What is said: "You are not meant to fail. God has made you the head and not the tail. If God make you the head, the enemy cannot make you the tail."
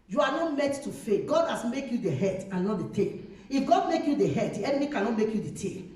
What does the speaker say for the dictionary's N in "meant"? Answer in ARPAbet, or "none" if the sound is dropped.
none